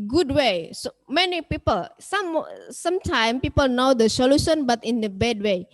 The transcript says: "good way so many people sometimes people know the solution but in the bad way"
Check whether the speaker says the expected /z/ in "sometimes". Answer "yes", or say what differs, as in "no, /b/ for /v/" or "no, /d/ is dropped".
no, /z/ is dropped